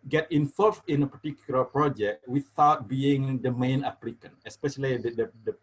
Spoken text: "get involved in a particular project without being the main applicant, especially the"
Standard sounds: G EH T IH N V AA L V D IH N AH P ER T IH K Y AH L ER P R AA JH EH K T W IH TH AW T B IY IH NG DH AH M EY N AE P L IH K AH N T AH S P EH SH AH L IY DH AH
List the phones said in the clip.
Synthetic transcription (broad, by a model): G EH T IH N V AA L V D IH N AH P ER T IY K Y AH L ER P R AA JH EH K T W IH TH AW T B IY IH NG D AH M EY N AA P L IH K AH N AH S P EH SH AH L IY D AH